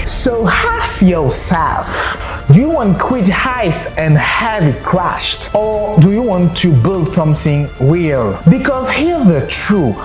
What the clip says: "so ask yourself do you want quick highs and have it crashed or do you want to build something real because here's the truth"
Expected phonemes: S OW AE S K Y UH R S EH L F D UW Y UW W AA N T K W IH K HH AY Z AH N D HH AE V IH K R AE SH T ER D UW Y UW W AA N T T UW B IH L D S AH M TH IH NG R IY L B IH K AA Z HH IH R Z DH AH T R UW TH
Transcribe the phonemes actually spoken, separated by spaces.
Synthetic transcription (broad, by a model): S OW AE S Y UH L S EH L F D UW Y UW W AA N T K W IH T HH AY S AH N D HH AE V IH K R AE SH T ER D UW Y UW W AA N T T UW B IH L D S AH M TH IH NG W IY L B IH K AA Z HH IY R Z DH AH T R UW